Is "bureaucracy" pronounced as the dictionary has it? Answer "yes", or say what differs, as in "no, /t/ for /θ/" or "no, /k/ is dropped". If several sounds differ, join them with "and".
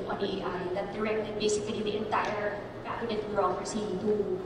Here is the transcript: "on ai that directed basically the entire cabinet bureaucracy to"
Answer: no, /k/ is dropped